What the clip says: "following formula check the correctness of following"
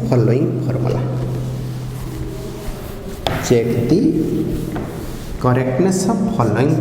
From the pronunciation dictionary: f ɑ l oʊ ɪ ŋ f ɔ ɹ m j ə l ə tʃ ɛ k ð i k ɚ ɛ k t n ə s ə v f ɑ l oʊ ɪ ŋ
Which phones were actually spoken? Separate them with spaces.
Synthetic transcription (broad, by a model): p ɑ l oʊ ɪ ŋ p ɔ ɹ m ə l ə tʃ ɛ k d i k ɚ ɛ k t n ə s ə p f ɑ l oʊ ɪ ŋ